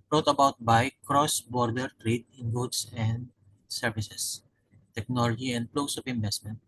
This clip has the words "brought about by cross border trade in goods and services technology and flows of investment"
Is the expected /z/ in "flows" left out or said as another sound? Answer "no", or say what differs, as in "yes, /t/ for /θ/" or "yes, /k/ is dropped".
yes, /s/ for /z/